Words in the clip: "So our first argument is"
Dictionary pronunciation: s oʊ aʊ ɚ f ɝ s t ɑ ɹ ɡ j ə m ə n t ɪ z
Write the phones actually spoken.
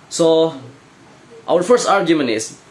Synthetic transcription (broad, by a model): s oʊ aʊ ɚ f ɝ s t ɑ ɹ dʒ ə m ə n ɪ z